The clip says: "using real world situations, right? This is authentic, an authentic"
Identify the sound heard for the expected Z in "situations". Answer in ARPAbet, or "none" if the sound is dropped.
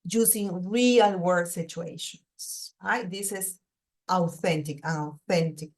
S